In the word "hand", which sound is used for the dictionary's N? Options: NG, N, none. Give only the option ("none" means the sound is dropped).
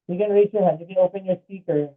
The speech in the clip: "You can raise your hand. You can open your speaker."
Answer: none